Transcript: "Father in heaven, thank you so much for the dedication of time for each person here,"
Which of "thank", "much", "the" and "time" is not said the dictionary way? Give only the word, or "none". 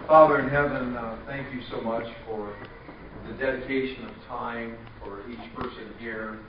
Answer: none